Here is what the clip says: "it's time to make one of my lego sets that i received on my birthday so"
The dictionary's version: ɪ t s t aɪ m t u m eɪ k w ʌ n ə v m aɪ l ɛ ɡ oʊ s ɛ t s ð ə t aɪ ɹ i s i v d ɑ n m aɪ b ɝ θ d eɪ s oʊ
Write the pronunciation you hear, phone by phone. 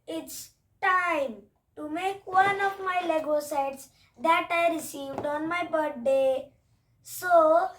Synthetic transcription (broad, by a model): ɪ t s t aɪ m t u m eɪ k w ʌ n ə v m aɪ l ɛ ɡ oʊ s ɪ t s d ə t aɪ ɹ i s i v d ɑ n m aɪ b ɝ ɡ d eɪ s oʊ